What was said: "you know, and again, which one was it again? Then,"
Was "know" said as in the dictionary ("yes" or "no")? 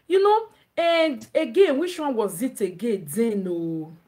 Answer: yes